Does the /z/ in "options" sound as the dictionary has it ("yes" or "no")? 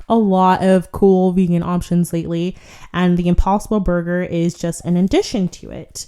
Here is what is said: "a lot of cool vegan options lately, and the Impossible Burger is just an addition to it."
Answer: yes